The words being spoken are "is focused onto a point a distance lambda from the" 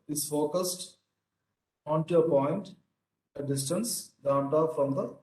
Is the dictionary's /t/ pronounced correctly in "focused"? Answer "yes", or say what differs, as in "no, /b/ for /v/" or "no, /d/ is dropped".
yes